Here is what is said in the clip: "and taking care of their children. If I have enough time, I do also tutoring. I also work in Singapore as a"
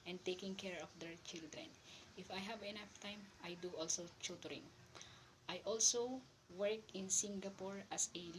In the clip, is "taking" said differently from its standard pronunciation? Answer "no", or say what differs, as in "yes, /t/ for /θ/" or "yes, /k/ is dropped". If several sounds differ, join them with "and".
no